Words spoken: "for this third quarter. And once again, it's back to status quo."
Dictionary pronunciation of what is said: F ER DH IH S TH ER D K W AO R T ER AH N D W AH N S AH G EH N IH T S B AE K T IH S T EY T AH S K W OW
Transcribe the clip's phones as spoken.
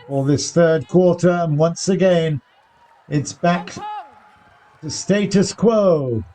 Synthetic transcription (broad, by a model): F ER DH IH S TH ER D K W AO R T ER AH N W AH N S AH G EH N IH T S B AE K T IH S T EY T AH S K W OW